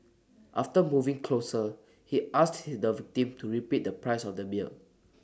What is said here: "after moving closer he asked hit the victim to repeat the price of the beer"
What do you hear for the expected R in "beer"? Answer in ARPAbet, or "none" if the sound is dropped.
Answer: L